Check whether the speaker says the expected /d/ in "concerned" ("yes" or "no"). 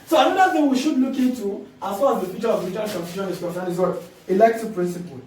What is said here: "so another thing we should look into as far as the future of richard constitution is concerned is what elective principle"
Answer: no